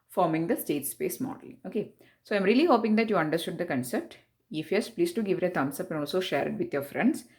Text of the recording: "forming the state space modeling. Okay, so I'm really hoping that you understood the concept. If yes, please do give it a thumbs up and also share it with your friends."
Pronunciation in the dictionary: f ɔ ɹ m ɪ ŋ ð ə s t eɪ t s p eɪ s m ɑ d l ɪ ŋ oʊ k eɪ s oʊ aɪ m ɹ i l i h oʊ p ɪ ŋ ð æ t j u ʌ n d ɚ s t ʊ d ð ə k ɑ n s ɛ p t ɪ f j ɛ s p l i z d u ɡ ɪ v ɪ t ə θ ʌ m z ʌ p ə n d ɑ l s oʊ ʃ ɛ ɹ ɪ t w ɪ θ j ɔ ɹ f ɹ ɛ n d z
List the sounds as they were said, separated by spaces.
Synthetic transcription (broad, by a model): f ɔ ɹ m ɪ ŋ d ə s t eɪ t s p eɪ s m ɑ d ɪ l oʊ k eɪ s oʊ aɪ m ɹ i l i h oʊ p ɪ ŋ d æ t j u ʌ n d ɚ s t ʊ d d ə k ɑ n s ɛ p t ɪ f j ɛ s p l i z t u ɡ ɪ v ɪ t ə t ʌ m s ʌ p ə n ɑ l s oʊ ʃ ɛ ɹ ɪ t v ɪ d j ɔ ɹ f ɹ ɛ n d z